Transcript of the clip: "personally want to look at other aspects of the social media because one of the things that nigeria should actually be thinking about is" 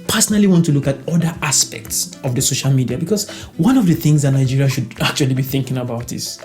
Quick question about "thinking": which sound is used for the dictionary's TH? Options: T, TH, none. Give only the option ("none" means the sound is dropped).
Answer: TH